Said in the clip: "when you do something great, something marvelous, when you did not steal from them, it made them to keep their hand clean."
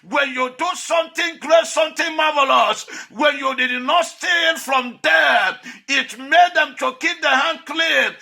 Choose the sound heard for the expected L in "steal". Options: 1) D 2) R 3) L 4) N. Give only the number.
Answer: 4